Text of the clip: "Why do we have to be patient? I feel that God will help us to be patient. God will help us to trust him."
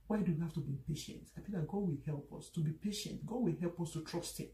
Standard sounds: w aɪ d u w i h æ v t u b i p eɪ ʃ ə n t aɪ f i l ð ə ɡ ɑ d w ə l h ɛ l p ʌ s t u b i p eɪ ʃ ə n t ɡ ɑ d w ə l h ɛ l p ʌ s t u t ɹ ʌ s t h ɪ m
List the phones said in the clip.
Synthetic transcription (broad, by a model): w aɪ d u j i h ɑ f t u b i p eɪ ʃ ə n t aɪ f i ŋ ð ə ɡ ɑ d w ə l h ɛ l p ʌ s t u b i p eɪ ʃ ə n t ɡ ɑ d w ə l h ɛ l p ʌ s t u t ɹ ʌ s t h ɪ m